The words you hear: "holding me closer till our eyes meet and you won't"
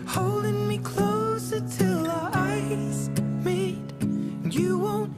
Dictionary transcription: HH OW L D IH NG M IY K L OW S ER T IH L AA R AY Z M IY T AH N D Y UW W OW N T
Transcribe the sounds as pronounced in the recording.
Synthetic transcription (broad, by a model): HH OW L D IH NG M IY K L OW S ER T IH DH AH AY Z M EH AH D Y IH W OW N T